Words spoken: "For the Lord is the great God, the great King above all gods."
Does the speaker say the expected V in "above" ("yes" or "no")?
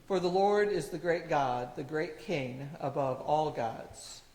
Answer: yes